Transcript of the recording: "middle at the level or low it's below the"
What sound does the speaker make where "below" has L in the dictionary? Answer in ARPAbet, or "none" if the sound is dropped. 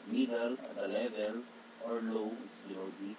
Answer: none